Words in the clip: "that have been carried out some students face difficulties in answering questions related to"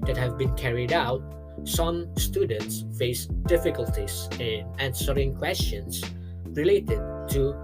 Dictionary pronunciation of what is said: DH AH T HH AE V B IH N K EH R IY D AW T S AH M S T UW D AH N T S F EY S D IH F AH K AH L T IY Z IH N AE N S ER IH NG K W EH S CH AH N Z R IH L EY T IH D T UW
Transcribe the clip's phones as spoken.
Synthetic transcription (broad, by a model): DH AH T HH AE V B IH N K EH R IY D AW T S AH M S T UW D AH N T S F EY S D IH F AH K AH L T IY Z IH N AE N S ER IH NG K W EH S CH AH N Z R IH L EY T IH D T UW